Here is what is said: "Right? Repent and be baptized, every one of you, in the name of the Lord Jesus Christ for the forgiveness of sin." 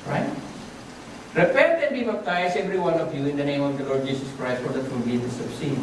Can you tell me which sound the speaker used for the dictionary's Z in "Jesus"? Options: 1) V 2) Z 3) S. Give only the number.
3